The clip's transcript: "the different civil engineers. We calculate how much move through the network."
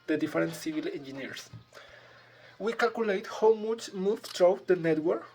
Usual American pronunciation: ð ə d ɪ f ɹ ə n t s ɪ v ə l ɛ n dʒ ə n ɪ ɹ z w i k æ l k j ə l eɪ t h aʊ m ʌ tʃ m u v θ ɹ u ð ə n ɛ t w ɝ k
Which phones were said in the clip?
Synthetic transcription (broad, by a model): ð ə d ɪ f ɹ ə n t s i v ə l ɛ n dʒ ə n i ɹ s w i k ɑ l k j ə l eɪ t h aʊ m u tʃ m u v t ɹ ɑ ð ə n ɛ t w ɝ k